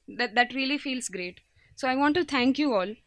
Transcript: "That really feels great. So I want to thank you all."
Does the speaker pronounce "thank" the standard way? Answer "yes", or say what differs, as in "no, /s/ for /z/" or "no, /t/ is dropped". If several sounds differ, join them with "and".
no, /t/ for /θ/